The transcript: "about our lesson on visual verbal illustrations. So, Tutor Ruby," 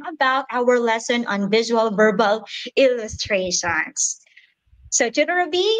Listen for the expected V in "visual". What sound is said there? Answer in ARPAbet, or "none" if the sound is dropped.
V